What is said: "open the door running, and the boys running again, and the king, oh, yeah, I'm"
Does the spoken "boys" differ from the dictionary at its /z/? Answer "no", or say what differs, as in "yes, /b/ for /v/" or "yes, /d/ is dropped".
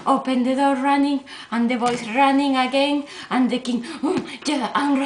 yes, /s/ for /z/